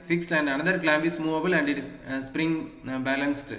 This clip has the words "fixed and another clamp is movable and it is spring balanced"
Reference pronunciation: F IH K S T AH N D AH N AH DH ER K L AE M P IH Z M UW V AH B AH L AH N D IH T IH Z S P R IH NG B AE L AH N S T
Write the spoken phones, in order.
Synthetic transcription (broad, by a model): F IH K S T AH N D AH N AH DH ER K L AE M B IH S M UW V AH B AH L AH N D IH T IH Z S P R IH NG B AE L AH N S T